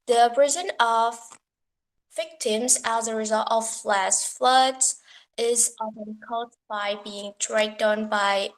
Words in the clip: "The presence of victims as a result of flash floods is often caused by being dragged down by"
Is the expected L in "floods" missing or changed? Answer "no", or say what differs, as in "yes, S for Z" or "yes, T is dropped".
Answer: no